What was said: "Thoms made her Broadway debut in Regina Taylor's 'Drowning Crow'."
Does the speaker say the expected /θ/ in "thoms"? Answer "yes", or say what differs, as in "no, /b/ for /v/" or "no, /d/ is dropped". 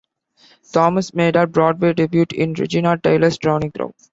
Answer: no, /t/ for /θ/